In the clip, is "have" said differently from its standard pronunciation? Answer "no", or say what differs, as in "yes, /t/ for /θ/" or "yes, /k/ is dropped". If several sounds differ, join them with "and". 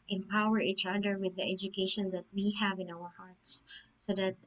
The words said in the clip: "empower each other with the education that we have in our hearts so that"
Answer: no